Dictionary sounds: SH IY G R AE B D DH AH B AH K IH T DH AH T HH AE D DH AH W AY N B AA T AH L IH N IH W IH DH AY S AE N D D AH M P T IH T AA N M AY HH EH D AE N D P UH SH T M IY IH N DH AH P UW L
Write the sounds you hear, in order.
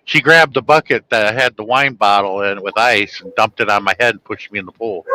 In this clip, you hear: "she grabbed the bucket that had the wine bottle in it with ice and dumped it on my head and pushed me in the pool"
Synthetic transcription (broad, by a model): SH IY G R AE B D DH AH B AH K IH T DH AH T HH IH D DH AH W AY N B AA T L IH N W IH DH AY S N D D AH M P T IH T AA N M AY HH EH D N P UH SH T M IY IH N DH AH P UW L